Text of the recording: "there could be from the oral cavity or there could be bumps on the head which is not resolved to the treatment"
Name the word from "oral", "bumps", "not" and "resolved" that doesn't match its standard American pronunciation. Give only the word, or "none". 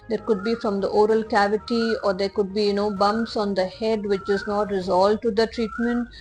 resolved